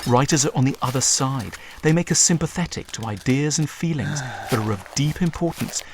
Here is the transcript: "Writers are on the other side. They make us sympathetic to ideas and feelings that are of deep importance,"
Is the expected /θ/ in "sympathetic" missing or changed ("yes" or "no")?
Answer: no